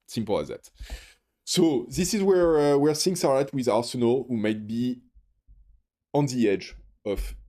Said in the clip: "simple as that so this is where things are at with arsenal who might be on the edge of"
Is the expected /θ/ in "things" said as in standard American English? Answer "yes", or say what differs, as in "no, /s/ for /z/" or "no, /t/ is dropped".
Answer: no, /s/ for /θ/